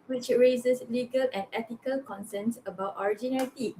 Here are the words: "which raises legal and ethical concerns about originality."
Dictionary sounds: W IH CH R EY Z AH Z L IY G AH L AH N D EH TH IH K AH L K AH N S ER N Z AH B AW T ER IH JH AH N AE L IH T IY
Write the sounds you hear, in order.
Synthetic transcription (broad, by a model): W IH CH R EY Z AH S L IY G AH L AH N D EH T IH K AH L K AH N S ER N S AH B AW T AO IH JH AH N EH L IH T IY